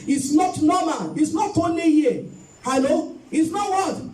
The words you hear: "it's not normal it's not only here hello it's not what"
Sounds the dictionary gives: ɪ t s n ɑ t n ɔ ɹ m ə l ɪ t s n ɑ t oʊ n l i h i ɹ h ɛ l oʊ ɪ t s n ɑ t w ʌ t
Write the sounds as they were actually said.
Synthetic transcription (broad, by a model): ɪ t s n ɑ t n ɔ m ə n ɪ t s n ɑ t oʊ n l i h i h ɛ l oʊ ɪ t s n ɑ t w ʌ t